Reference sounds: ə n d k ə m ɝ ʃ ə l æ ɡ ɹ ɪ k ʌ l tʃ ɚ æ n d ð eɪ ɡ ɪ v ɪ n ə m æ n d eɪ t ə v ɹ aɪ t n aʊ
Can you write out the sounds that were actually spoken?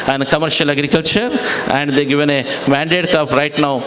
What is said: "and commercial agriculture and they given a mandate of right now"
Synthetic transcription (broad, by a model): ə n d k ə m ɝ ʃ ə l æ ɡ ɹ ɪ k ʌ l tʃ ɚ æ n d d eɪ ɡ ɪ v ɪ n ə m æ n d eɪ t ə p ɹ aɪ t n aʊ